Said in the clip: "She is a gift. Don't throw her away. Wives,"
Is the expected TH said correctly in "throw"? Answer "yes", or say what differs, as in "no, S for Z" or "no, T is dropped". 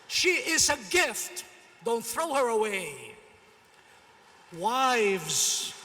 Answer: yes